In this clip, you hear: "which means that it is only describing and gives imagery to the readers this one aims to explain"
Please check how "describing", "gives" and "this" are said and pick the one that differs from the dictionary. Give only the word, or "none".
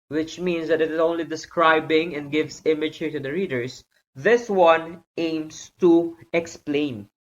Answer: gives